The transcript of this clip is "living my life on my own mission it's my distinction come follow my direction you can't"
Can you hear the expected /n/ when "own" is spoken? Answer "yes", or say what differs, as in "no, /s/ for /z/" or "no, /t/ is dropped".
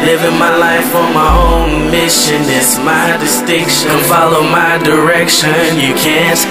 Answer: yes